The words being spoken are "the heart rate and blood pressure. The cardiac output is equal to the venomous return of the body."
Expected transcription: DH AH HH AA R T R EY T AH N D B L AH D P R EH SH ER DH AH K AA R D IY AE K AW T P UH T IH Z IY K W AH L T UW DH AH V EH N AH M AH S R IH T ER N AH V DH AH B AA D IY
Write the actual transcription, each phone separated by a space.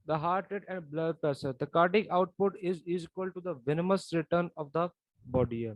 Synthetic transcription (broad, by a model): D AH HH AA R T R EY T AH N D B L AH D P EH S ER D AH K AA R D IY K AW T P UH T IH Z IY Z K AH L T UW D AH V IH N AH M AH S R IH T ER N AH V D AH B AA D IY